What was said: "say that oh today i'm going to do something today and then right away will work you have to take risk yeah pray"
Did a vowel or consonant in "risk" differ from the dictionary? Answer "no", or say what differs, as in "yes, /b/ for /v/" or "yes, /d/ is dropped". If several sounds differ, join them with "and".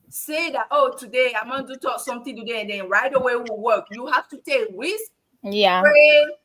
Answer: yes, /w/ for /ɹ/